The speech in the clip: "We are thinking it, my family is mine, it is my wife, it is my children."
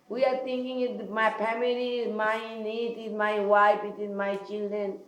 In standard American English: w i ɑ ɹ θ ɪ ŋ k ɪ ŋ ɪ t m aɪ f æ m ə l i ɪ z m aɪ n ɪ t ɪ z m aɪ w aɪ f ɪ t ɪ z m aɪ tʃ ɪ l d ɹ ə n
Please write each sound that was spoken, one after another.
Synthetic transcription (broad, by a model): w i ɑ ɹ t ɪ ŋ k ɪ ŋ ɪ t m aɪ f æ m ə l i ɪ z m aɪ n ɪ t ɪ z m aɪ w aɪ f ɪ t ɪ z m aɪ tʃ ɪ l d ɹ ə n